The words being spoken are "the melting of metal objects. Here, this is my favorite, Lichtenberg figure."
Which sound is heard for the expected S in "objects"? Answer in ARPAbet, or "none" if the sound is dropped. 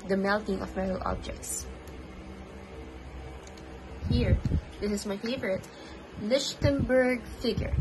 S